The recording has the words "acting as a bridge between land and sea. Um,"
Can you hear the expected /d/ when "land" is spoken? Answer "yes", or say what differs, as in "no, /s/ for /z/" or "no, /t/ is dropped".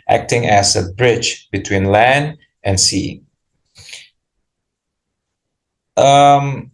yes